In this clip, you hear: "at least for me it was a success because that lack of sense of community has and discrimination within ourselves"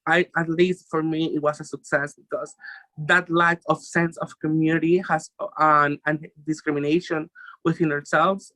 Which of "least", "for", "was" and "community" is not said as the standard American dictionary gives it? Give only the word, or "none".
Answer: was